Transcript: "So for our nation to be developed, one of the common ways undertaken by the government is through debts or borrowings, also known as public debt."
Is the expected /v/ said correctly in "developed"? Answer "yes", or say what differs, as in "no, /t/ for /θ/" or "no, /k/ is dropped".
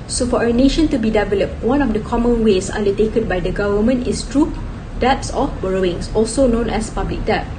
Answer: yes